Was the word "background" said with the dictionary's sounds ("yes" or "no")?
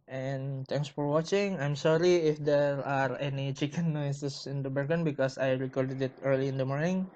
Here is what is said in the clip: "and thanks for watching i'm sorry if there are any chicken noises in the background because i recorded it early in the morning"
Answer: no